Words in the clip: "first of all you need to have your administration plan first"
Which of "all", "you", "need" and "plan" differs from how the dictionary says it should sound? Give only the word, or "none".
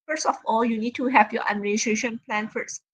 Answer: none